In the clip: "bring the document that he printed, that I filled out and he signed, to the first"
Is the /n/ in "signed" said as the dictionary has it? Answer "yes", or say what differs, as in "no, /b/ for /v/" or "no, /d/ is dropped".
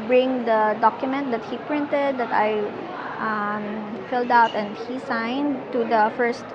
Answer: yes